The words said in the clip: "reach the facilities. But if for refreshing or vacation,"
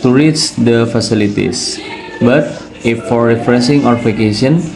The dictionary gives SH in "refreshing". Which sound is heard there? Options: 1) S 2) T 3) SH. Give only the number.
1